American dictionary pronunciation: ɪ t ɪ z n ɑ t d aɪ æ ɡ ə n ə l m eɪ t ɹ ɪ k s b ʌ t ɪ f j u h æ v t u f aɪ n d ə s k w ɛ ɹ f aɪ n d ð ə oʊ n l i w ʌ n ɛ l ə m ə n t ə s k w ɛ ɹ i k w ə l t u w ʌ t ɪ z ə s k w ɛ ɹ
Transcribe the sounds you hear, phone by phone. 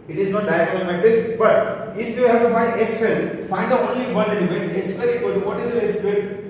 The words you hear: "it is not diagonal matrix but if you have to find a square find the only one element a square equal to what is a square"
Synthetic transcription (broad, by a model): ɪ t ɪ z n ɑ t d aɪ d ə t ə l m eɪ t ɪ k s b ʌ t ɪ f j u h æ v t u f aɪ n d ə s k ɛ l f aɪ n d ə oʊ n l i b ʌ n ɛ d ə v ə n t ə s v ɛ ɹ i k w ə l t u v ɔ t ɪ z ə s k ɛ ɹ